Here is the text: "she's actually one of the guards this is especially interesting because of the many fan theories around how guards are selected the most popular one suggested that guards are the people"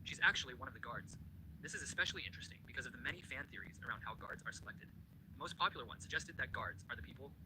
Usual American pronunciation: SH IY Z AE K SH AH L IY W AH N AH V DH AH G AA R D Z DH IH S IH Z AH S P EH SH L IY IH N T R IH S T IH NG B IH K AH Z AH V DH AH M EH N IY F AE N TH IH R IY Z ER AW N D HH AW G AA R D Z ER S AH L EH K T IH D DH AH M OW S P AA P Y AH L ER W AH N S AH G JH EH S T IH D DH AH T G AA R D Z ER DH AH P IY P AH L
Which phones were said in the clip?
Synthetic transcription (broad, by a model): SH IY Z AE K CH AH L IY W AH N AH V DH AH G AA R D Z DH IH S IH Z AH S P EH SH L IY IH N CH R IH S T IH NG B IH K AH Z AH V DH AH M EH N IY F AE N TH IH R IY Z ER AW N D HH AW G AA R D Z ER S AH L EH K T IH D DH AH M OW S P AA P Y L ER W AH N S AH G JH EH S T IH D DH AH T G AA R D Z ER DH AH P IY P L